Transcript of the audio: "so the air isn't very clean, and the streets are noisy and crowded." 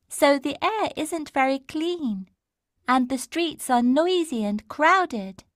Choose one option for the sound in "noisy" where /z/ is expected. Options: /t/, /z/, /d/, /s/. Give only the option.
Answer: /z/